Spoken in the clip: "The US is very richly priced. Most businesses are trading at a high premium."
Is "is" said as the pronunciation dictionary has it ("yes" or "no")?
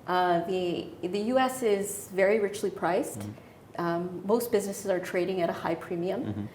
yes